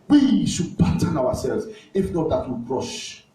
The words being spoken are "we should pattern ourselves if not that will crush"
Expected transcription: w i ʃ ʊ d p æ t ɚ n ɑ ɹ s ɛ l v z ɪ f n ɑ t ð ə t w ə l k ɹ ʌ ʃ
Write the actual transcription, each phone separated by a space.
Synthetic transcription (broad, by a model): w i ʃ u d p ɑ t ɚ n ɑ w s ɛ l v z ɪ f n ɑ t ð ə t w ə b ɹ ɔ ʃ